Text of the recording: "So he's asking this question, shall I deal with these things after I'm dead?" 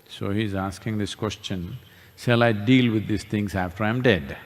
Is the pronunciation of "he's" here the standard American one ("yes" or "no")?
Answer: yes